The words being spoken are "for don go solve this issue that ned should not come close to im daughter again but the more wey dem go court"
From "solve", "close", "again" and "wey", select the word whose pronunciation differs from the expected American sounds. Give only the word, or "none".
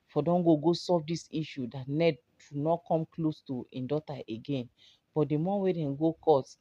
solve